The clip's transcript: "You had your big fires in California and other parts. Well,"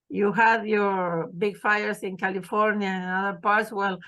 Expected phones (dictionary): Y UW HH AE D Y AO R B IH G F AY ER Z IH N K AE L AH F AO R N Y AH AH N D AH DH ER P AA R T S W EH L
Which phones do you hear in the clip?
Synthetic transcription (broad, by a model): Y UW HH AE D Y AO R B IH G F AY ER S IH N K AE L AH F AO R N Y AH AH N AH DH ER P AA R T S W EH L